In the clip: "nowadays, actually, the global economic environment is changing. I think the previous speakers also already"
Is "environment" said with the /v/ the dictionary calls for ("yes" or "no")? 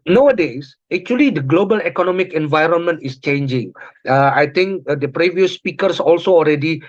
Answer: yes